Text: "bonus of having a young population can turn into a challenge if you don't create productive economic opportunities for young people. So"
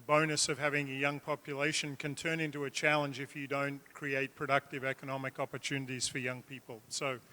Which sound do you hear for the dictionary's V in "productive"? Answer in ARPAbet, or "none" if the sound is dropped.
V